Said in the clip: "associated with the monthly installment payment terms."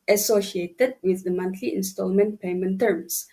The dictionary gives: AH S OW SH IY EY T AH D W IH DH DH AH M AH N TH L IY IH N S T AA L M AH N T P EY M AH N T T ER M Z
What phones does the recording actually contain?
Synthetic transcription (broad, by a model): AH S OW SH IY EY T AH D W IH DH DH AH M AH N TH L IY IH N S T AA L M AH N T P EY M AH N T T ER M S